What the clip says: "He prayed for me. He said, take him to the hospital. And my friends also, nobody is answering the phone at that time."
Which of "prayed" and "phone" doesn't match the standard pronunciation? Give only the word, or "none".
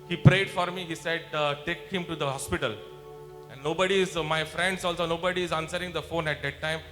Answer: none